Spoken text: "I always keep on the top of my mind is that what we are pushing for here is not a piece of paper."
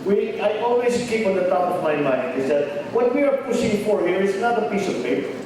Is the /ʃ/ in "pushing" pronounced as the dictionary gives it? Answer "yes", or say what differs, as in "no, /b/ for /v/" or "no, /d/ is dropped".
no, /s/ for /ʃ/